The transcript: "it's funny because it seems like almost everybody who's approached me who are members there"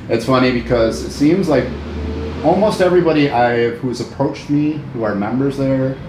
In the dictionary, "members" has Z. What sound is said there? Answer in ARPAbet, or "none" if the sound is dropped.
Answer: Z